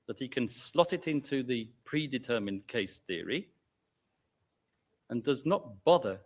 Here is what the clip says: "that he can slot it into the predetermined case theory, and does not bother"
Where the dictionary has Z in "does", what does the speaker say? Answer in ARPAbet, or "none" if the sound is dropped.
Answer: Z